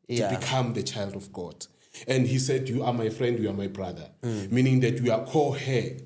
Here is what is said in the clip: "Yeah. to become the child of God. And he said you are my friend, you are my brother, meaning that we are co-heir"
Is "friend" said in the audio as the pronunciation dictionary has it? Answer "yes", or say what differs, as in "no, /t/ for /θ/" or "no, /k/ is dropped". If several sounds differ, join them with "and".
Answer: yes